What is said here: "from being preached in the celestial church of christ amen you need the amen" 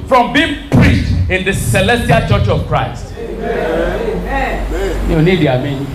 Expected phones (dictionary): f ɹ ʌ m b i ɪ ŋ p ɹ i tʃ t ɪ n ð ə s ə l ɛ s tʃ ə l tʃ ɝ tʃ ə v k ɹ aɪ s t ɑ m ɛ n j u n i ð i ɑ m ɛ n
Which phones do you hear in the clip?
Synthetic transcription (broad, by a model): f ɹ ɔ m b i ɪ ŋ p ɹ i tʃ t ɪ n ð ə s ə l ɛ s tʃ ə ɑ tʃ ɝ tʃ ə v k ɹ aɪ s t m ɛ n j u n i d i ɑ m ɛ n